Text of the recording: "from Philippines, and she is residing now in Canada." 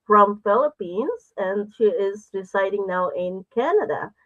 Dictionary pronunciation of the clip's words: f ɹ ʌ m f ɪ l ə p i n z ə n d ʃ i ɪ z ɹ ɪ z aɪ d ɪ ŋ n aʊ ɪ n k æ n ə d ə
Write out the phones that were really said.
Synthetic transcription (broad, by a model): f ɹ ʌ m f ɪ l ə p i n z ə n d ʃ i ɪ z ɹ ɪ s aɪ d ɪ ŋ n aʊ ɪ n k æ n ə d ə